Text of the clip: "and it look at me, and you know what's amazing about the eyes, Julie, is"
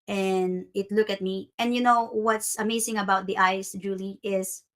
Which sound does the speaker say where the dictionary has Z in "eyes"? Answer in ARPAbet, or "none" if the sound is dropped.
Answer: S